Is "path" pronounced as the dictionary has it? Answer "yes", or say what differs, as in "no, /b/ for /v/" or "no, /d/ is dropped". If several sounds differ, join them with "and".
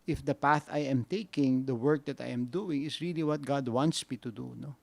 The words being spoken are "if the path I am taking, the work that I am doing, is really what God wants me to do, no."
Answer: yes